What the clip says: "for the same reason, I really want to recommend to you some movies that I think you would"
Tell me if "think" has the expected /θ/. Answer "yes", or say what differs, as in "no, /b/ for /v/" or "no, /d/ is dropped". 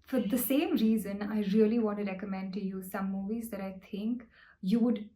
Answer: no, /t/ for /θ/